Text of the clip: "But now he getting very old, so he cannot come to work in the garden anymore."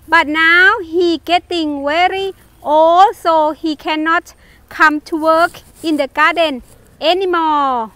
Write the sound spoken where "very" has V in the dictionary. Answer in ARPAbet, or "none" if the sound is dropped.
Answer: W